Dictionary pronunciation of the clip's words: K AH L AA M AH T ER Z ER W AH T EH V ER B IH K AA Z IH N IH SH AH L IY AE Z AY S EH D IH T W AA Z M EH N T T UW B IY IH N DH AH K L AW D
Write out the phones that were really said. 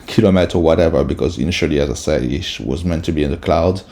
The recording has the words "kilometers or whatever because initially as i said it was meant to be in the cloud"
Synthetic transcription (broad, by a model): K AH L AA M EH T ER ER W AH T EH V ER B IH K AA Z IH N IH SH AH L IY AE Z AY S EH D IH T W AA Z M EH N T T UW B IY IH N DH AH K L AW D